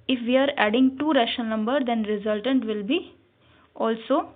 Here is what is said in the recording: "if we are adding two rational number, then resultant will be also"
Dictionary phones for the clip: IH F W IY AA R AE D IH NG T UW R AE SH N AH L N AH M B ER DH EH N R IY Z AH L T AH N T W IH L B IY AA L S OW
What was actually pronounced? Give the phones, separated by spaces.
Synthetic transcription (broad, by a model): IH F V IY AA R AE D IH NG T UW R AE SH AH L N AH M B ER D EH N R IY Z AH L T AH N T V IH L B IY AA L S OW